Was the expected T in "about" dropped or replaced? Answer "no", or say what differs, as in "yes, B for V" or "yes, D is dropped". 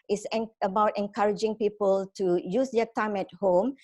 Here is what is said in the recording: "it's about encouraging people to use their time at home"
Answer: no